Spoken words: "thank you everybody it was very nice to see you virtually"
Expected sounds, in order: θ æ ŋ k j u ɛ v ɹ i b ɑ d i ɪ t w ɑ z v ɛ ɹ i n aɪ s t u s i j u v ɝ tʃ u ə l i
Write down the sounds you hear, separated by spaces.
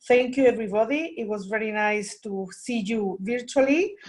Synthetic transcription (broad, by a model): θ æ ŋ k j u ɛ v ɹ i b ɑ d i ɪ t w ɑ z v ɛ ɹ i n aɪ s t u s i j u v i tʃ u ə l i